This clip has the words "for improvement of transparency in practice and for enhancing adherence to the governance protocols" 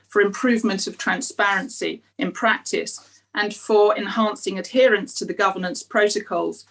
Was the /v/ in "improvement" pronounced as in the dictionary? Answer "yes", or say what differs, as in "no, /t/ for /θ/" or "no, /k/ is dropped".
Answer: yes